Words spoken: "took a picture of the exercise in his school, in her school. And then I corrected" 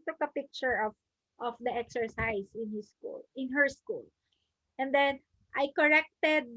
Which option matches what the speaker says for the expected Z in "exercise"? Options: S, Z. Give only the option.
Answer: S